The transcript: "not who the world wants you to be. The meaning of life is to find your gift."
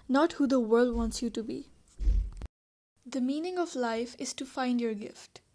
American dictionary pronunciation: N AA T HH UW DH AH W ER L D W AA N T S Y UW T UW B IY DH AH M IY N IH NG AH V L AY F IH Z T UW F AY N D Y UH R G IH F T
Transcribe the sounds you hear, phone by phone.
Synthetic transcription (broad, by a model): N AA T HH UW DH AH W ER L D W AA N T S Y UW T UW B IY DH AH M IY N IH NG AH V L AY F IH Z T UW F AY N D Y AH R G IH F T